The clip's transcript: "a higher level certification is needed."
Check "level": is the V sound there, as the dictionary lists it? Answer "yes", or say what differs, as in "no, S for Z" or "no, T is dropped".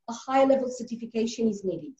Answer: yes